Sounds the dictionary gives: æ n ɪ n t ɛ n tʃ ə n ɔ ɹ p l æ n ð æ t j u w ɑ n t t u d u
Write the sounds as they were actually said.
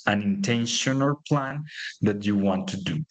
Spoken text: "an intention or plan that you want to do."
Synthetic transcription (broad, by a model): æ n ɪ n t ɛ n ʃ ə n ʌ l p l æ n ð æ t j u w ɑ n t t u d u